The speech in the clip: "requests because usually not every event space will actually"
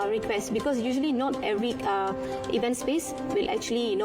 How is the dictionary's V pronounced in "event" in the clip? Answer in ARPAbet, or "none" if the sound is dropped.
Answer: V